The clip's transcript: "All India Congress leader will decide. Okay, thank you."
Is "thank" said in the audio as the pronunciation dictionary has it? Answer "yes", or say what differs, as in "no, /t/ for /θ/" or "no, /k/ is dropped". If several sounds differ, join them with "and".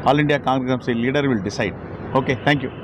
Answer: no, /t/ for /θ/